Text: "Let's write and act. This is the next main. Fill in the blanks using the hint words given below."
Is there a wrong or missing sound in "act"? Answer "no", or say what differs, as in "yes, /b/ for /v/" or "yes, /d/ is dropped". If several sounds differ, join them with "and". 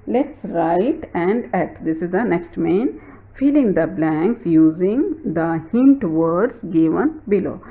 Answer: yes, /k/ is dropped